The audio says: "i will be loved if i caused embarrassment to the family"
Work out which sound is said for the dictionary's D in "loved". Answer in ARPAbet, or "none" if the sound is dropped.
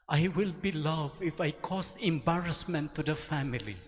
none